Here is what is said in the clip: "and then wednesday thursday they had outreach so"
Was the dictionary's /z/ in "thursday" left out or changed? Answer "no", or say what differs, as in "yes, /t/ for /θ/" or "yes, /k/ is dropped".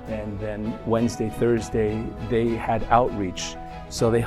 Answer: no